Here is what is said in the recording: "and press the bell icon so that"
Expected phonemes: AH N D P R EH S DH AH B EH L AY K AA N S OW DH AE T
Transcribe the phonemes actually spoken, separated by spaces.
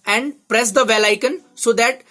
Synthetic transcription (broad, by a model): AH N D P R EH S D AH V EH L AY K AA N S OW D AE T